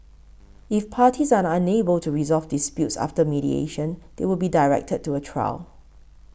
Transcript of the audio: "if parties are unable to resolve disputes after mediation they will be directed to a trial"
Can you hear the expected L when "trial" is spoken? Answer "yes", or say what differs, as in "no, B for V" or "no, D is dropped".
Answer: yes